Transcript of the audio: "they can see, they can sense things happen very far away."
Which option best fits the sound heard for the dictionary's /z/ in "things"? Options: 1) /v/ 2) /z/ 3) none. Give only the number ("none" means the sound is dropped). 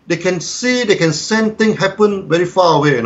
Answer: 3